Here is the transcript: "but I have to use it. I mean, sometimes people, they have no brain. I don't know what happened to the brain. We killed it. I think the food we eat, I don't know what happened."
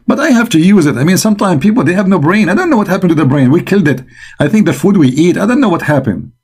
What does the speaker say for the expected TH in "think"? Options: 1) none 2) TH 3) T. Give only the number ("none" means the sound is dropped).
2